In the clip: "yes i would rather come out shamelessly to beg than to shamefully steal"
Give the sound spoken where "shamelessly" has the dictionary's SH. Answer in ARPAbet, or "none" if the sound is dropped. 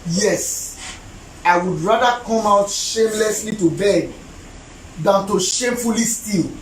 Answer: SH